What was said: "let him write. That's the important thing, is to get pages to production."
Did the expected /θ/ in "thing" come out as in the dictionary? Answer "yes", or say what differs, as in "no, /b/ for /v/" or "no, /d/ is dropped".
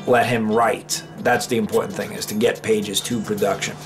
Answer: yes